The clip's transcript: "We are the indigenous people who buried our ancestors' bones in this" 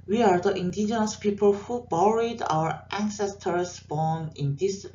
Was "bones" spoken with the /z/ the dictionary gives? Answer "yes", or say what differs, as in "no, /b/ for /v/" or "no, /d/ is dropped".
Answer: no, /z/ is dropped